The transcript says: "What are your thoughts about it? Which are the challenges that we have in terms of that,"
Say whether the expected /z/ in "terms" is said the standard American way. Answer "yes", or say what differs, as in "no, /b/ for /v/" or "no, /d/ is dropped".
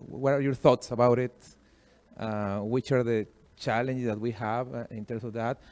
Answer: no, /s/ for /z/